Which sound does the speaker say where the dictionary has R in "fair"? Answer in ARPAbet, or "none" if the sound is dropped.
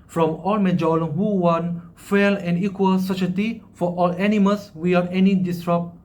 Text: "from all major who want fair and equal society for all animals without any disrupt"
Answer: L